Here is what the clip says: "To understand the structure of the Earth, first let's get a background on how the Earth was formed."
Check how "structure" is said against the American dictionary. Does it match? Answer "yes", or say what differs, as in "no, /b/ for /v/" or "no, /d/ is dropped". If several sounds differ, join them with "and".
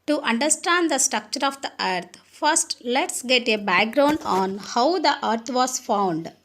yes